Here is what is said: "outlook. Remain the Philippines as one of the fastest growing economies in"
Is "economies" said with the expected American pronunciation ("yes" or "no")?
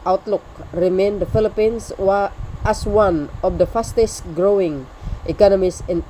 no